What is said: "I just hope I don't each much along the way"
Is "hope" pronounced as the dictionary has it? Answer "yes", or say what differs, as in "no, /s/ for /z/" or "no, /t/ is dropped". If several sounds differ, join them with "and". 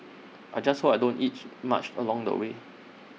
no, /p/ is dropped